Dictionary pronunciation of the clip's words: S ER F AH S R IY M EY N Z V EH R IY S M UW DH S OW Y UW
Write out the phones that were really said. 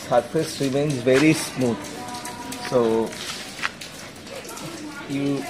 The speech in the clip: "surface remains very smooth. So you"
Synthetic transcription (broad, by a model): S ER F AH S R IY M EY N Z V EH R IY S M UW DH S OW Y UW